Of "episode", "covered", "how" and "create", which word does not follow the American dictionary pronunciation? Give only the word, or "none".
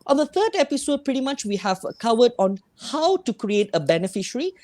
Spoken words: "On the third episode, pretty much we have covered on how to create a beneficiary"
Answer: covered